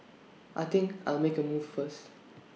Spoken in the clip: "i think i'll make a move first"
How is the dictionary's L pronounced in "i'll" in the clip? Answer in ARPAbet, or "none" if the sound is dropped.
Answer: L